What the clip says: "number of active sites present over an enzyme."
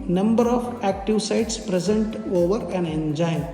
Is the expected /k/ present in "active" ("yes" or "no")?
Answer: yes